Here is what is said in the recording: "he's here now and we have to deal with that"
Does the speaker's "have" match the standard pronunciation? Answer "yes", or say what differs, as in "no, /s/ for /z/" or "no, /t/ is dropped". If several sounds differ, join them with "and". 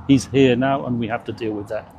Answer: no, /f/ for /v/